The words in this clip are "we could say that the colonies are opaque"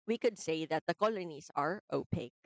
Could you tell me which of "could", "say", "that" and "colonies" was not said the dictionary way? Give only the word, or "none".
colonies